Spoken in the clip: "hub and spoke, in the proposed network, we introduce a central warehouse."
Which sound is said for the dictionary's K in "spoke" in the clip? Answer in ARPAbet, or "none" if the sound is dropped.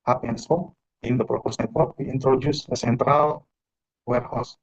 none